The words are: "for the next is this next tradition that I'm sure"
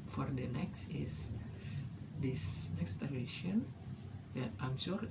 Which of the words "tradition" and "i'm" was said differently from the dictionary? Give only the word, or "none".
tradition